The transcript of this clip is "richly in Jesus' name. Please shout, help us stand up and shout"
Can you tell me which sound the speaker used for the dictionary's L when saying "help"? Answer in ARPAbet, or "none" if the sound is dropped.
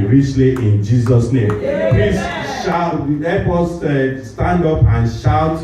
none